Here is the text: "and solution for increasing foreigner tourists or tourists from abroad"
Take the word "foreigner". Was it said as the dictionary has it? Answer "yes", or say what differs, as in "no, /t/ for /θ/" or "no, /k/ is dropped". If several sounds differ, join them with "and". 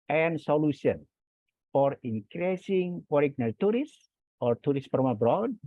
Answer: no, /p/ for /f/